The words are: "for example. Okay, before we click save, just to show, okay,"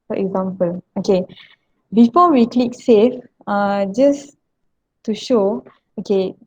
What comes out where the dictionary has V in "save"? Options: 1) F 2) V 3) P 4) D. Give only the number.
1